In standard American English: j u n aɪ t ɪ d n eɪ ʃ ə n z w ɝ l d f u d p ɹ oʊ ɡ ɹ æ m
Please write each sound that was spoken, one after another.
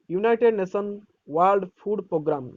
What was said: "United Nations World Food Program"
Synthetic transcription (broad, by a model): j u n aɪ t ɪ d n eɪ s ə n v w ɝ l d p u d p ɹ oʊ ɡ ɹ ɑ m